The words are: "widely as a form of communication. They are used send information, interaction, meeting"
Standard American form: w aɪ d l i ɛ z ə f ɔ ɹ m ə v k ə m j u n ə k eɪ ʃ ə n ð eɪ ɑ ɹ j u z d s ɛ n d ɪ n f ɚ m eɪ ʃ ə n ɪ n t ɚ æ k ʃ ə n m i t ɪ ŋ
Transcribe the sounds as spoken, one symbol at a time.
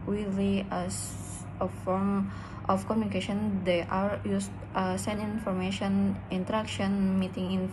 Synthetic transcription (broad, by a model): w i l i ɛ s ə f ɔ ɹ m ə f k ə m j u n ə k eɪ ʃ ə n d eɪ ɑ ɹ j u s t s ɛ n ɪ n f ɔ m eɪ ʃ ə n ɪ n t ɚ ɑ k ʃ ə n m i t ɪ ŋ